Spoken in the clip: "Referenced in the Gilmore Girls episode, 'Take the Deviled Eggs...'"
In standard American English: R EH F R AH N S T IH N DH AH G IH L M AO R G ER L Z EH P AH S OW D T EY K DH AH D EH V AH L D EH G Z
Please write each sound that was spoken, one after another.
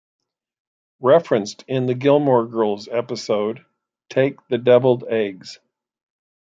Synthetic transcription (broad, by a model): R EH F R AH N S T IH N DH AH G IH L M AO R G ER L Z EH P AH S OW D T EY K DH AH D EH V L D EH G Z